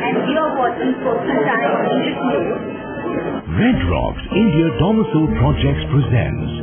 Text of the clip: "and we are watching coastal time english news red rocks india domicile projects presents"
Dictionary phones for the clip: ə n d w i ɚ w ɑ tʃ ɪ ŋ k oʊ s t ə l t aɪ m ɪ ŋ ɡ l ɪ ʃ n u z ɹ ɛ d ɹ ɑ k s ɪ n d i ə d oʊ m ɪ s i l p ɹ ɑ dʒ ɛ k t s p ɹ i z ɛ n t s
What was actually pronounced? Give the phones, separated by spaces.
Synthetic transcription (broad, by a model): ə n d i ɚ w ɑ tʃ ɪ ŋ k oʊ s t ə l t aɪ ɪ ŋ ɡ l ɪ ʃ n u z ɹ ɛ d ɹ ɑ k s ɪ n d i ə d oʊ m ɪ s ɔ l p ɹ ɑ dʒ ɛ k t s p ɹ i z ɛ n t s